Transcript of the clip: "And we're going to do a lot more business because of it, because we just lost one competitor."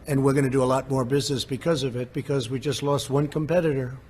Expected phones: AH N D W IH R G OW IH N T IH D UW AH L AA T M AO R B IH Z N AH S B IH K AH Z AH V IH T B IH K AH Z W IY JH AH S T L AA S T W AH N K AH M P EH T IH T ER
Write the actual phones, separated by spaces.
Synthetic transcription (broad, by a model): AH N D W IH R G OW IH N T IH D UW AH L AA T M AO R B IH Z N AH S B IH K AH Z AH V IH T B IH K AH Z W IY JH AH S T L AA S T W AH N K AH M P EH T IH T ER